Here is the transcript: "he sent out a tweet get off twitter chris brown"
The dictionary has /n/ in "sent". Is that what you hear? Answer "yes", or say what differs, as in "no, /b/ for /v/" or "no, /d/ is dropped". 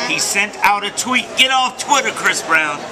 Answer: yes